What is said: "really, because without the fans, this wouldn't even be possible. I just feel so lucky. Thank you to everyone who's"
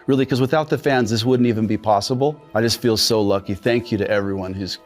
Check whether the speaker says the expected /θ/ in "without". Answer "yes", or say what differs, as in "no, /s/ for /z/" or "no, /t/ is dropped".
yes